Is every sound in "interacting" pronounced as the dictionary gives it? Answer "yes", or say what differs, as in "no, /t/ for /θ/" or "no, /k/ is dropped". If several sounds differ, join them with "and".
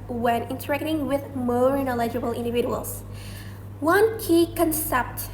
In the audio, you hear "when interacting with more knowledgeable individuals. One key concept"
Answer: yes